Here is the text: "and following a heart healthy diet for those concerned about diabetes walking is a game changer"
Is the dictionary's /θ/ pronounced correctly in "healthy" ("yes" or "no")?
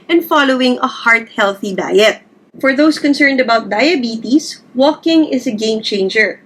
yes